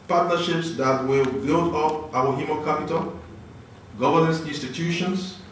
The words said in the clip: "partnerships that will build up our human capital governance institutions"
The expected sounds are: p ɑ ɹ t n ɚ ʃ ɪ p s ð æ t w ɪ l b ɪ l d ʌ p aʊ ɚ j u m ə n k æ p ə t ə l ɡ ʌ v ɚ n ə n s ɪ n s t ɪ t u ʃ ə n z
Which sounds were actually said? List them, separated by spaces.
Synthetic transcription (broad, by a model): p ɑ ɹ t n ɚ ʃ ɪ p s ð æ t w ɪ l b ɪ l d ʌ p aʊ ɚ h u m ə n k æ p ə t ə l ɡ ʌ v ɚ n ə n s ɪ n s t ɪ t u ʃ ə n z